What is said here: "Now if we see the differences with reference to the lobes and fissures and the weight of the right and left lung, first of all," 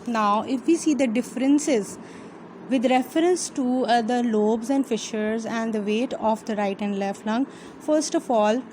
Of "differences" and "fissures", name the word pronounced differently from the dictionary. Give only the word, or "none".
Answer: none